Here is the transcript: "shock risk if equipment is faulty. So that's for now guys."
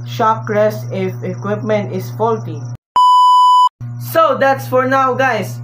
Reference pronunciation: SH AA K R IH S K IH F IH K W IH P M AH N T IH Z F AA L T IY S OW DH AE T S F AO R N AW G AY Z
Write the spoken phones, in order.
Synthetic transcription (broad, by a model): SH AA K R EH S IH F IH K W IH P M AH N T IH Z F AA L T IY S OW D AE T S F AO R N AW G AY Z